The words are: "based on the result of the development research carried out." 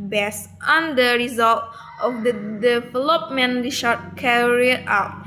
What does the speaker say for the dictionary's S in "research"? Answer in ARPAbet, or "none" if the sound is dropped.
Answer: SH